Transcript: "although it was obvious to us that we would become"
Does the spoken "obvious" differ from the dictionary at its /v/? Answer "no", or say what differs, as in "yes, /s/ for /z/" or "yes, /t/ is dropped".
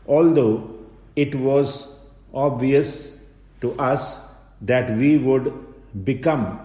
no